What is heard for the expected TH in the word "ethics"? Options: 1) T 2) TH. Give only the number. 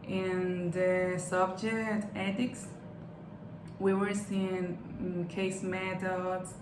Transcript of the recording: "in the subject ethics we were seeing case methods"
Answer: 1